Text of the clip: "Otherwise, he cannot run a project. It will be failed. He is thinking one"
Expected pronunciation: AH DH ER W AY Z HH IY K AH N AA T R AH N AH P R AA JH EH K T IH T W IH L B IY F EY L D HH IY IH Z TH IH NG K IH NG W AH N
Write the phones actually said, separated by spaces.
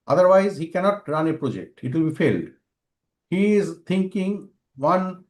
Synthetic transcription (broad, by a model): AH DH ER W AY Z HH IY K AH N AA T R AH N AH P R AA JH EH K T IH T W IH L B IY F EY L D HH IY IH Z T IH NG K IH NG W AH N